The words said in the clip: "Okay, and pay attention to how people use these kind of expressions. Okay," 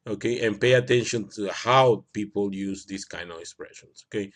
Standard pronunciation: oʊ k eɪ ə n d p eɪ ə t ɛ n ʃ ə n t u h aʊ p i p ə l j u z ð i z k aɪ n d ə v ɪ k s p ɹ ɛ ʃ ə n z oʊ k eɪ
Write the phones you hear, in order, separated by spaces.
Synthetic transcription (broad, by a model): oʊ k eɪ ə n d p eɪ ə t ɛ n ʃ ə n t u h aʊ p i p ə l j u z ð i s k aɪ n d ə v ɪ k s p ɹ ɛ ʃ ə n s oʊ k eɪ